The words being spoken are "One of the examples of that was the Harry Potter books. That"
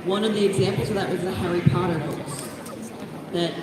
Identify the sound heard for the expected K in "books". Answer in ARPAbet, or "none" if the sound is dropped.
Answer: none